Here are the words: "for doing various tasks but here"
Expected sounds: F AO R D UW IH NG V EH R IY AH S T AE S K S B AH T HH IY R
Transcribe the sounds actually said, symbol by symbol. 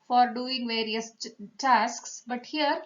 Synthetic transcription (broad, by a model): F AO R D UW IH NG V EH R IY AH S T AE S K S B AH T HH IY R